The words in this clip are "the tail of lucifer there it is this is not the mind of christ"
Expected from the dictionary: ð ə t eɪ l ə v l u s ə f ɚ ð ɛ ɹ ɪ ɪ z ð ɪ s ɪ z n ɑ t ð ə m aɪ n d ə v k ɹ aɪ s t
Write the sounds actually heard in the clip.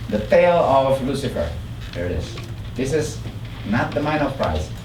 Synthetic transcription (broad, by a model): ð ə t eɪ l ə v l u s ə f ɚ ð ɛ ɹ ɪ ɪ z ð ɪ s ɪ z n ɑ t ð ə m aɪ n ə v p ɹ aɪ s